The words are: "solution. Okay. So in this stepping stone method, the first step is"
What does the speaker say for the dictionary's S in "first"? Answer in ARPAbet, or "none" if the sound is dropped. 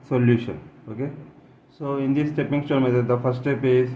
none